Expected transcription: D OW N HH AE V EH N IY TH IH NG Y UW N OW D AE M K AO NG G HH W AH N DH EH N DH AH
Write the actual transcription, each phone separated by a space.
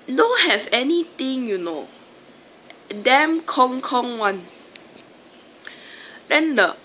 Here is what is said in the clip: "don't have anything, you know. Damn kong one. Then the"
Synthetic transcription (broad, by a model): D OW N HH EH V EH N IY T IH NG Y UW N OW D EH M K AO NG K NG W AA N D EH N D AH